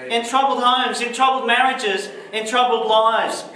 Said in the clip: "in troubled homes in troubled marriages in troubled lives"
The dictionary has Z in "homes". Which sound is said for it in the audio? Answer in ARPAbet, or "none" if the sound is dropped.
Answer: Z